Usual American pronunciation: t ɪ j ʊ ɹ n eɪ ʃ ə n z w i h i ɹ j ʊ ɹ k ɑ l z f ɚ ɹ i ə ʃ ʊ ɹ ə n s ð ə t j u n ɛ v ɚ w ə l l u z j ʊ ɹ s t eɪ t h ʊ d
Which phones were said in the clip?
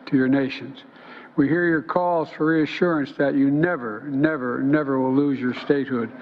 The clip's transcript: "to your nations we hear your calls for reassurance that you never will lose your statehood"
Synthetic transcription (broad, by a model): t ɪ j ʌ ɹ n eɪ ʃ ə n z w i h i ɹ j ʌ ɹ k ɑ l z f ɚ ɹ i ə ʃ ʊ ɹ ə n s ð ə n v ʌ n ɛ v ɚ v ə w l u z j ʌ ɹ s t eɪ t h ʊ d